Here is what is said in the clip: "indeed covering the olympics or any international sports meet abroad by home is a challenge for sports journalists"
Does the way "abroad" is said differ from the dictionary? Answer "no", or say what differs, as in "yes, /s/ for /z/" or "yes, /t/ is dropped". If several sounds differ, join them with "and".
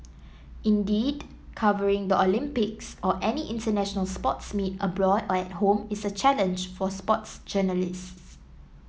no